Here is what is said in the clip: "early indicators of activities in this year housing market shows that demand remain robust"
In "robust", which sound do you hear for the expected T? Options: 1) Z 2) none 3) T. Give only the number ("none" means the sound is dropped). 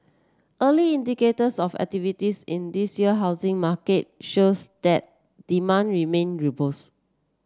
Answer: 2